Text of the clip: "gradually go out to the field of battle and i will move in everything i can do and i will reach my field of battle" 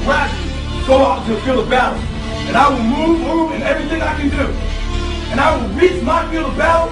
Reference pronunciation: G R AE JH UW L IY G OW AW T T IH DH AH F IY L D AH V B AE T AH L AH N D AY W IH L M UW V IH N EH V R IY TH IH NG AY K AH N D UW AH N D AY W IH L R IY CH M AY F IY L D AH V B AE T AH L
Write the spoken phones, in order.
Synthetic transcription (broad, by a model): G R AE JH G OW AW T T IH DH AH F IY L AH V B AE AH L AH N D AY W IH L M UW V IH N EH V R IY TH IH NG AY K AH N D UW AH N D AY W IH L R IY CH M AY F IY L AH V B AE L